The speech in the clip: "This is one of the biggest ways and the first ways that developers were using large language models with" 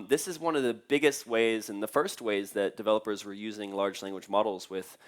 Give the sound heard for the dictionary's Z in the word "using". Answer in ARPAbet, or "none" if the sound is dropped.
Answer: Z